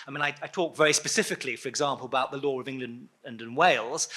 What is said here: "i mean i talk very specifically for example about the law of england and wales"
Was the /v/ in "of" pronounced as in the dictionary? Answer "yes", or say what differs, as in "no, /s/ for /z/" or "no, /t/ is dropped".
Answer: yes